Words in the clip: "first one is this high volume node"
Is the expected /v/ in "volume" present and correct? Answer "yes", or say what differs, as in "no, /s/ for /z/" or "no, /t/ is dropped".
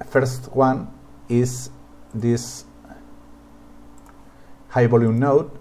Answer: no, /b/ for /v/